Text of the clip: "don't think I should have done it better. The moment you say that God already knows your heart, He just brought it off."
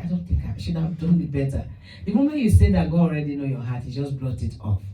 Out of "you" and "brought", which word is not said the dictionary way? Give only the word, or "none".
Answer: brought